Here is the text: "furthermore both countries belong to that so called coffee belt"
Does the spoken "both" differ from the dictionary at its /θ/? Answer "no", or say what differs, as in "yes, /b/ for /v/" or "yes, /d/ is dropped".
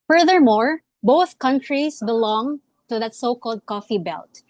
no